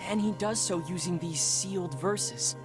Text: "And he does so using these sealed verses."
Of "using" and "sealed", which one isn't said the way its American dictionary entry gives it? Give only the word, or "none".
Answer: none